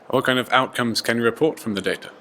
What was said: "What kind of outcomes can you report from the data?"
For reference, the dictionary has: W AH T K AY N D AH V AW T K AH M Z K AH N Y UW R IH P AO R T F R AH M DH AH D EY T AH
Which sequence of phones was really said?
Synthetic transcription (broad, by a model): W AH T K AY N D AH V AW T K AH M Z K AH N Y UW R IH P AO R T F R AH M DH AH D EY T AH